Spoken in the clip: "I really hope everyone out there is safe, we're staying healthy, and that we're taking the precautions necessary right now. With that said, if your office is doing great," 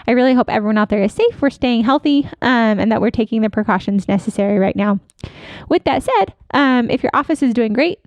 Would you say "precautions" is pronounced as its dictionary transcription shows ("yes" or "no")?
yes